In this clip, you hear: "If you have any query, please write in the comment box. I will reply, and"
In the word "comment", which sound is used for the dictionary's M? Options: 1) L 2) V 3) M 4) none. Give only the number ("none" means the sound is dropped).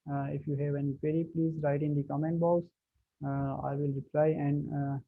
3